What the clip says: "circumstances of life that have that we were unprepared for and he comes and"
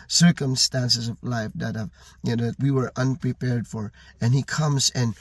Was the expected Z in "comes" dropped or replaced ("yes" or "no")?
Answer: no